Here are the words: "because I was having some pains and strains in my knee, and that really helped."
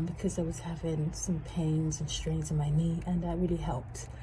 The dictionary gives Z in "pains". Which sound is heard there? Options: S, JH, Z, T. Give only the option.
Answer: Z